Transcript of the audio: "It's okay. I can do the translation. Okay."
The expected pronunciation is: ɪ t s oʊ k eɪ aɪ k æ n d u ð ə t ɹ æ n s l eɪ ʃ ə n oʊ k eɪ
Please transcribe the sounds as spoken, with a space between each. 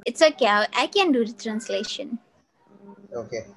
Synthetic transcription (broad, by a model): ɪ t s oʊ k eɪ aɪ k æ n d u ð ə t ɹ æ n s l eɪ ʃ ə n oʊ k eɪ